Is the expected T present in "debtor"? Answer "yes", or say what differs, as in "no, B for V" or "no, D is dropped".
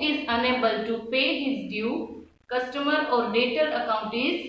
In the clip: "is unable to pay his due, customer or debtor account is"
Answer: yes